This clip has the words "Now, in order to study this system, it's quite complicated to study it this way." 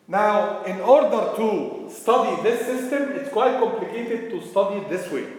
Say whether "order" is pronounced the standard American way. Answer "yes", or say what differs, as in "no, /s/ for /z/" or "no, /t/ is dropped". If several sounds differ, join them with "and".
yes